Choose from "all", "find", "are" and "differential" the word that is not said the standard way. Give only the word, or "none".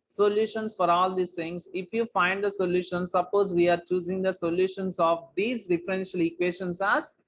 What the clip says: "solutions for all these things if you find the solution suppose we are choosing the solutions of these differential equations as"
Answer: none